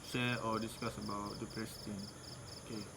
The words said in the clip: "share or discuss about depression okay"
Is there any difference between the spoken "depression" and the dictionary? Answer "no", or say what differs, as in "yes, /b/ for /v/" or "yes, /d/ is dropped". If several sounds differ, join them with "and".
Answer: yes, /s/ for /ʃ/